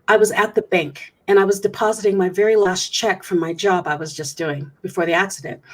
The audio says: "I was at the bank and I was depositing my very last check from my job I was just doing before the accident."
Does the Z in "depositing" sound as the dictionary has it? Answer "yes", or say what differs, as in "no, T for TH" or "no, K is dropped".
yes